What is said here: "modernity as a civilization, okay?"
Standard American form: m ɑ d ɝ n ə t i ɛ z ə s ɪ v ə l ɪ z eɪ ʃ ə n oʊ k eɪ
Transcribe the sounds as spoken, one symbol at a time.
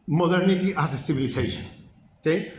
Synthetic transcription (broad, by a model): m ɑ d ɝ n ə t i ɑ s ə s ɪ b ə l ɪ s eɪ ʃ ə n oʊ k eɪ